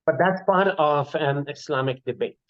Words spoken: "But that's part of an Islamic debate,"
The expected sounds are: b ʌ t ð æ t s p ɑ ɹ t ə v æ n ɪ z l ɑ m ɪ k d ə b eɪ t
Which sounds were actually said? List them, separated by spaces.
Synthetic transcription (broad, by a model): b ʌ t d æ t s p ɑ ɹ t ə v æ n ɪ s l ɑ m ɪ k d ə b eɪ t